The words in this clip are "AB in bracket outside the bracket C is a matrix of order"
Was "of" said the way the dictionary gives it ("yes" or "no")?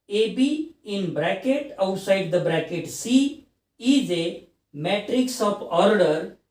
no